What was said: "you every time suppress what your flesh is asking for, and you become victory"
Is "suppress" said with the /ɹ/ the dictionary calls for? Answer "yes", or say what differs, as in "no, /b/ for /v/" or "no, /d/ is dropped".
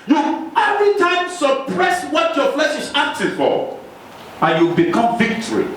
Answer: yes